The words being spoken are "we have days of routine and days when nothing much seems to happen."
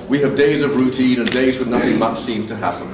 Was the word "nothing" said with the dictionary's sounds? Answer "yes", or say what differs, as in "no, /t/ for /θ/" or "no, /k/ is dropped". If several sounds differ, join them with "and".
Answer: yes